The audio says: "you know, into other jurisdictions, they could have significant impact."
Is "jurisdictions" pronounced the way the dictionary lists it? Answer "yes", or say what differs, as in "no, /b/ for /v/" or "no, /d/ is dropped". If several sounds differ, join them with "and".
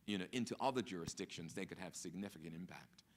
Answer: yes